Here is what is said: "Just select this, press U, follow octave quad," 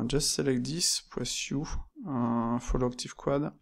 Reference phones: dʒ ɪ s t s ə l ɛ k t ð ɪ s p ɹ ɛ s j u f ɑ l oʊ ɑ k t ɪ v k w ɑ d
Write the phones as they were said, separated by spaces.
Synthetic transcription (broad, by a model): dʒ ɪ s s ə l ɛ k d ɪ s p w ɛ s j u f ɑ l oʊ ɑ k t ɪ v k w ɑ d